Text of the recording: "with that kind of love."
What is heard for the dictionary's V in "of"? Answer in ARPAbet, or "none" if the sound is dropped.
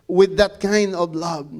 V